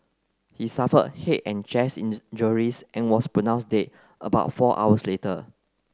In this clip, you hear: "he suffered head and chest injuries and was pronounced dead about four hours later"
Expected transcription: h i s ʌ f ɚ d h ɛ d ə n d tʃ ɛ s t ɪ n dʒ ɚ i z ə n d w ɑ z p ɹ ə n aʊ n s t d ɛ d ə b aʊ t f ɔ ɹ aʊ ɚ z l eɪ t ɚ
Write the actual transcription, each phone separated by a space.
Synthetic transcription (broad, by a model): h i s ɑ f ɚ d h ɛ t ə n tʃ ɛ s ɪ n dʒ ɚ i s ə n w ɑ s p ɹ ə n aʊ n s d ɛ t ə b aʊ t f ɔ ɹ aʊ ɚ s l eɪ t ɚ